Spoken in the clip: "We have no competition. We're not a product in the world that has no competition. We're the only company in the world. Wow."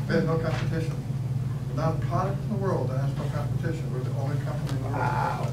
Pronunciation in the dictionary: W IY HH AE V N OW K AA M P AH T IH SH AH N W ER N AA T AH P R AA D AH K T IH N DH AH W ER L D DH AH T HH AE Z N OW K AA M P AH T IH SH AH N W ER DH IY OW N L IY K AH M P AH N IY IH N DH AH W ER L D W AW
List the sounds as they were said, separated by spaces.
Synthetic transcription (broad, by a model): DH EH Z N OW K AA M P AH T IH SH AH N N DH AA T P R AA D AH K T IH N DH AH W ER L D DH AH T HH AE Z N OW K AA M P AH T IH SH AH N W ER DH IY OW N W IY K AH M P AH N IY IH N DH AH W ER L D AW